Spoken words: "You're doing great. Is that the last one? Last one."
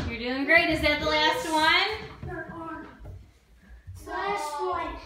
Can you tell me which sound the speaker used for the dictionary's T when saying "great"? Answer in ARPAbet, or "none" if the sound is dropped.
T